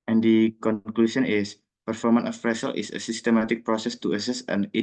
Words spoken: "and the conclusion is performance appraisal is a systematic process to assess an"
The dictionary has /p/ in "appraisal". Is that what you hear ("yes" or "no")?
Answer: no